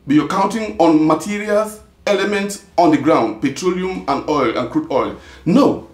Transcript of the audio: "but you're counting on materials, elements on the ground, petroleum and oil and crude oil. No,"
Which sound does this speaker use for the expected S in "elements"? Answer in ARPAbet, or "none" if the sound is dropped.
S